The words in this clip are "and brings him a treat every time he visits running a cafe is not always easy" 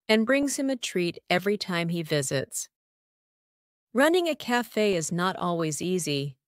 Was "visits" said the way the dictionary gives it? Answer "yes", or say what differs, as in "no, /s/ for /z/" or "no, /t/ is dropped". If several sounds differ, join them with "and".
yes